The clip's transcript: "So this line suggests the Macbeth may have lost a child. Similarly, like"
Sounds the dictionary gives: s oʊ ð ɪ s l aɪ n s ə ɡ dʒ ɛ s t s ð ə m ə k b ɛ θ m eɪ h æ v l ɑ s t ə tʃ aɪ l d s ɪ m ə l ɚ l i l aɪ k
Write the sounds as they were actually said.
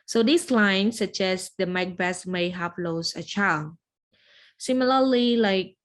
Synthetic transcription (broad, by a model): s oʊ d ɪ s l aɪ n s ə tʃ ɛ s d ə m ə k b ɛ s m eɪ h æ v l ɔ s ə tʃ aɪ l d s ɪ m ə l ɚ l i l aɪ k